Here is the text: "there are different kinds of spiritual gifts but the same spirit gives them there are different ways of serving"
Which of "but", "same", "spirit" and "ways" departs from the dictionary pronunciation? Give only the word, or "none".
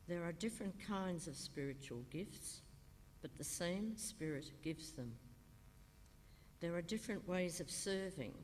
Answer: none